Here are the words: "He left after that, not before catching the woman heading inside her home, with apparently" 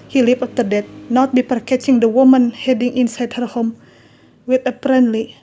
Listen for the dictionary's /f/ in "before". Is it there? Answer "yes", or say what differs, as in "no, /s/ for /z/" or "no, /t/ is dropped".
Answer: no, /p/ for /f/